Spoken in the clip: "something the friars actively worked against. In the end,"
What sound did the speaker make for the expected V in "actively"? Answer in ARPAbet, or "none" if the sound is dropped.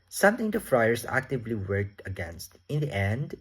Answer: V